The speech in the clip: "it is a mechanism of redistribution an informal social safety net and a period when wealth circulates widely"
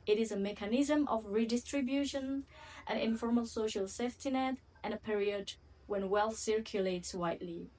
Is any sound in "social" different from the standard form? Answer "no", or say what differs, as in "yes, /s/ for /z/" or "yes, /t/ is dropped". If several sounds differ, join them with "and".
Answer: no